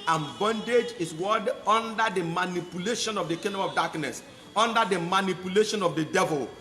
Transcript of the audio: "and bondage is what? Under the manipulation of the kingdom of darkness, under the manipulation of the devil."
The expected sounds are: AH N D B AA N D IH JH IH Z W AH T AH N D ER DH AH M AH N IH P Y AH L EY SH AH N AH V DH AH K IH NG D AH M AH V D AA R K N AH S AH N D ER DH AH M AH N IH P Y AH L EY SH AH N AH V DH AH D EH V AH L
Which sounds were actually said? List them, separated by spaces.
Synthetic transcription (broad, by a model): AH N B AA N D IH JH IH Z W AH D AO N D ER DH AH M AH N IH P Y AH L EY SH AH N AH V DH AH K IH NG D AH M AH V D AA K N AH S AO N D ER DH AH M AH N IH P Y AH L EY SH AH N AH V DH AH D EH V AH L